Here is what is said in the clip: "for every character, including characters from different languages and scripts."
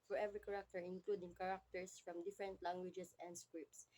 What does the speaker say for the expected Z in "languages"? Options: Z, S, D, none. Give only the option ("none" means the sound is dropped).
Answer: S